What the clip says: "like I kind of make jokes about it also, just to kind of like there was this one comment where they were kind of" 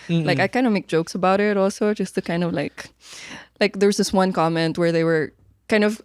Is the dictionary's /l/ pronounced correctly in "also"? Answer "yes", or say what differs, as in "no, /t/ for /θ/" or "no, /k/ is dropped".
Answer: yes